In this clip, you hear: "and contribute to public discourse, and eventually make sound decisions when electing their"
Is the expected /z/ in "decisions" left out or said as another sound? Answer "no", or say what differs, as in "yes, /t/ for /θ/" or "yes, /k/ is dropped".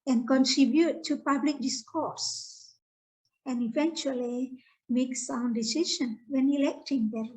yes, /z/ is dropped